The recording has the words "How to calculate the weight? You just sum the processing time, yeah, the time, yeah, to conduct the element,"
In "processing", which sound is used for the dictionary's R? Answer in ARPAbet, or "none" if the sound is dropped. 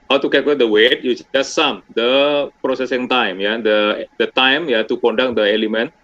R